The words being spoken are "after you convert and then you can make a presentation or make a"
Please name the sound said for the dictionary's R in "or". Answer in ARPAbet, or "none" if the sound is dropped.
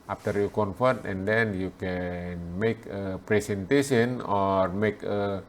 R